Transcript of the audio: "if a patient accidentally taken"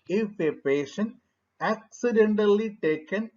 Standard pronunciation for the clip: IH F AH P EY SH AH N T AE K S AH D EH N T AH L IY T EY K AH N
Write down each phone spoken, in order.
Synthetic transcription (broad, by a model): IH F AH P EY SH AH N AE K S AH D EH N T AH L IY T EY K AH N